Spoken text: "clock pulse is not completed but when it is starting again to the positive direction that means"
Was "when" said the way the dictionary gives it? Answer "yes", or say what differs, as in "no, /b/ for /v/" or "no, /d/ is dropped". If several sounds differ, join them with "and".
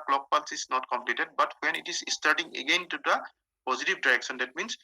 yes